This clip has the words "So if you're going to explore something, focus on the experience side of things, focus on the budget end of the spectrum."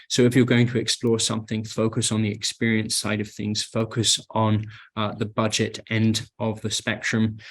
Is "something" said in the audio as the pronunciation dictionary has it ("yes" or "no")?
yes